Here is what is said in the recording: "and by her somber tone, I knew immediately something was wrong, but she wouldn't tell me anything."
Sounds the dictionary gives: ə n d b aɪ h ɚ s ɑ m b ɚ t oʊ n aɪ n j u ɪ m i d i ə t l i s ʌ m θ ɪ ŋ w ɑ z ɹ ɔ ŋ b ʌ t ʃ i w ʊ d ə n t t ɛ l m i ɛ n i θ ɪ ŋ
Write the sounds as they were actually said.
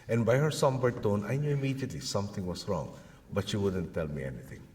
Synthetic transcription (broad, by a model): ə n d b aɪ h ɚ s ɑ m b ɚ t oʊ n aɪ n j u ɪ m i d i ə t l i s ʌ m t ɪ ŋ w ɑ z ɹ ɔ ŋ b ʌ t ʃ i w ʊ d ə n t t ɛ l m i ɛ n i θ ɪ ŋ